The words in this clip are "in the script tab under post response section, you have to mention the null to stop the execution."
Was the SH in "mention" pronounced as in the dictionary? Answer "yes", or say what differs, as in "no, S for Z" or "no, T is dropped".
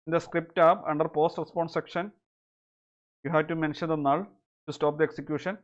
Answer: yes